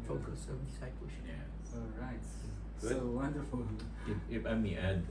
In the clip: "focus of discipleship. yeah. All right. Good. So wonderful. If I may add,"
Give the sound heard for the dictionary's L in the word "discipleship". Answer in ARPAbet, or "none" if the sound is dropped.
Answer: none